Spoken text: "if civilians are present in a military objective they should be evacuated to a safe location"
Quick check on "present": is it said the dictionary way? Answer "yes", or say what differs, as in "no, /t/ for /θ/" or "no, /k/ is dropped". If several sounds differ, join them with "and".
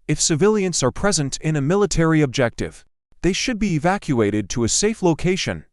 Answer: yes